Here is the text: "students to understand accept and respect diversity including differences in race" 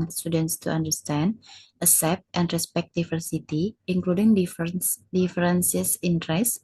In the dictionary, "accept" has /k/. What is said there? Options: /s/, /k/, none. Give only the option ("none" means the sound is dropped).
none